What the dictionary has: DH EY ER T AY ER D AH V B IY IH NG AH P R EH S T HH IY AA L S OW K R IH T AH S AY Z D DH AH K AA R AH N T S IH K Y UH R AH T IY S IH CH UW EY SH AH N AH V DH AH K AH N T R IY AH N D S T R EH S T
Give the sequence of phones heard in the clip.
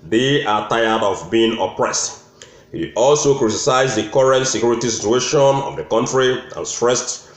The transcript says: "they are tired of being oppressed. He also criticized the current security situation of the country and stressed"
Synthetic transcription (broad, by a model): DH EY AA T AY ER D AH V B IY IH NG AH P R EH S T HH IY AA L S OW K R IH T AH S AY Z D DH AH K AA R AH N T S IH K Y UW R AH T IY S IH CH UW EY SH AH N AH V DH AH K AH N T R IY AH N S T R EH S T